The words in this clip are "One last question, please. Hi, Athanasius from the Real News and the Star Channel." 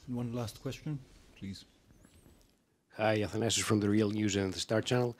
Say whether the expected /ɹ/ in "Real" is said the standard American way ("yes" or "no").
yes